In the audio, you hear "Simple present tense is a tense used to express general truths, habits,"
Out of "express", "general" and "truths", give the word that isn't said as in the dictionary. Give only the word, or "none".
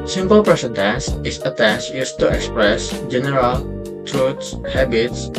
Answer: truths